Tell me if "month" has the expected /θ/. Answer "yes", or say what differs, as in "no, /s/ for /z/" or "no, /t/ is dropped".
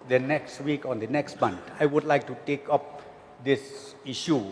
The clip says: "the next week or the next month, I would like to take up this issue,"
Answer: no, /t/ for /θ/